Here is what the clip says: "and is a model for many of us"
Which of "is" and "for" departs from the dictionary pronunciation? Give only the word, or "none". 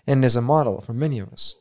none